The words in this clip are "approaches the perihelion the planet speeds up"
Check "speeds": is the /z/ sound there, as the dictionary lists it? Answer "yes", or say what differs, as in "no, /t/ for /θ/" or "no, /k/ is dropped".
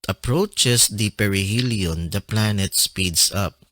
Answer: no, /s/ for /z/